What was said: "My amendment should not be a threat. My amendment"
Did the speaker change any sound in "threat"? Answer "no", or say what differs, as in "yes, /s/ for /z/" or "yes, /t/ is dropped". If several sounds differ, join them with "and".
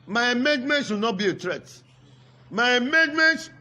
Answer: yes, /t/ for /θ/